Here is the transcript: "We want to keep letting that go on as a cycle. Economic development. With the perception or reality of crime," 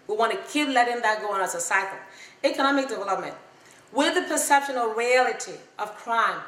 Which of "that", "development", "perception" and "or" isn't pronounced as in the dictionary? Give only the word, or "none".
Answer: or